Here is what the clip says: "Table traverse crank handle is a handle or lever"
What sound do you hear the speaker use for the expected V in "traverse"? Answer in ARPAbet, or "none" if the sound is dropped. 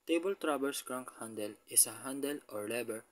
B